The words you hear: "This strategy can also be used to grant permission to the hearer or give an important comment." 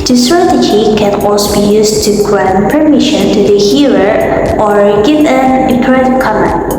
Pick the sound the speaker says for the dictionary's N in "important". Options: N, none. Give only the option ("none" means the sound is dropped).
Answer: none